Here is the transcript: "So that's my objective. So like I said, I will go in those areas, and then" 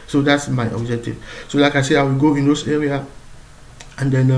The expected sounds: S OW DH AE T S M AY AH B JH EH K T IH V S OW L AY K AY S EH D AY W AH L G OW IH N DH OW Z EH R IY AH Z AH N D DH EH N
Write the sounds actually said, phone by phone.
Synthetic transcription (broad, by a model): S OW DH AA T S M AY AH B JH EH K T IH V S OW L AY K AY S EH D AY W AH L G OW IH N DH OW S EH R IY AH AH N D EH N